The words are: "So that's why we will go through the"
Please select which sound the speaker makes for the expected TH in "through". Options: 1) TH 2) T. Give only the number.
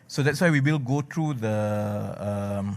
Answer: 2